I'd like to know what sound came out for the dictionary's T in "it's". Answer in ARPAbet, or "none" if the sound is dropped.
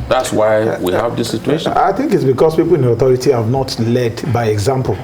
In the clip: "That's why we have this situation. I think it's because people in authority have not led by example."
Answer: T